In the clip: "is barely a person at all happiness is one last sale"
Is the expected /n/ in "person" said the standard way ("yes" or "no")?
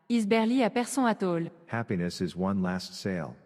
no